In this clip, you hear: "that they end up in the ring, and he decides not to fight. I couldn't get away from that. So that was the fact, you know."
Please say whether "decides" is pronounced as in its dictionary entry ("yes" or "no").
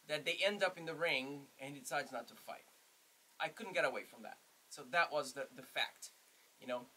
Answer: yes